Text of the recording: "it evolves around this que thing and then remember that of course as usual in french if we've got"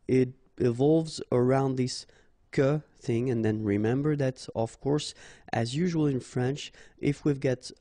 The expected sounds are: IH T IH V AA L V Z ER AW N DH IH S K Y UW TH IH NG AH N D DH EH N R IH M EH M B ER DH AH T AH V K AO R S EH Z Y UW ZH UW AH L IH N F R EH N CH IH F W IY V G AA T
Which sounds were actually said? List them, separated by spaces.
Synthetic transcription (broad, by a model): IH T IH V AA L V Z ER AW N DH IH S K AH TH IH NG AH N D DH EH N R IH M EH M B ER DH AH T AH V K AO R S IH Z Y UW ZH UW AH L IH N F R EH N CH IH F W IY V G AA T